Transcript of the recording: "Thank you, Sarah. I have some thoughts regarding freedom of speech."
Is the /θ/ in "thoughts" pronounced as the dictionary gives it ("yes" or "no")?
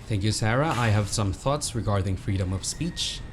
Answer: yes